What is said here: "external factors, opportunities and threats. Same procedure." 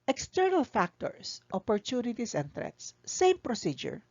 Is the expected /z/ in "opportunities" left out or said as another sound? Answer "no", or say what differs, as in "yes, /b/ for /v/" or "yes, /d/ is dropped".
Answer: yes, /s/ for /z/